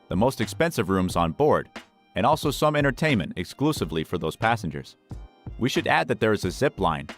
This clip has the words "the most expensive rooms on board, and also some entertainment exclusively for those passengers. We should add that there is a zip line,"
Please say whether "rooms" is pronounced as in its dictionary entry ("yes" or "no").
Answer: yes